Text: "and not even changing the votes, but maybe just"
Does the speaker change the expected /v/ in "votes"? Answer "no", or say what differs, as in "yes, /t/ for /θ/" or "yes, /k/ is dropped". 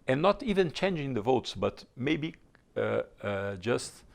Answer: no